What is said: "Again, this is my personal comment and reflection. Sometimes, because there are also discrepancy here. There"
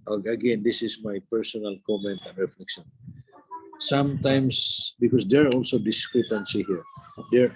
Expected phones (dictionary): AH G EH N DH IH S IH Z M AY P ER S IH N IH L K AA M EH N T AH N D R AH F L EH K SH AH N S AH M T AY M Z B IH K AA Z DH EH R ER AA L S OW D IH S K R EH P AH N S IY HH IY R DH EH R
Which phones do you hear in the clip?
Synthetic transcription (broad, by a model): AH G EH N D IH S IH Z M AY P ER S IH N IH L K AA M EH N T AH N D R AH F L EH K SH AH N S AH M T AY M S B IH K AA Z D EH R AA L S OW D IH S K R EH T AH N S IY HH IY R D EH R